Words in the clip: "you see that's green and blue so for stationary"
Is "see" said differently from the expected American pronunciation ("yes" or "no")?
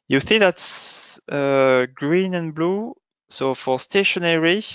yes